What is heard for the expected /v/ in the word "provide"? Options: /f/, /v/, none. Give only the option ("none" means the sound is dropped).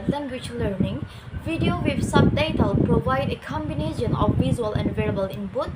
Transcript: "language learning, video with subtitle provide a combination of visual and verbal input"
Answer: /v/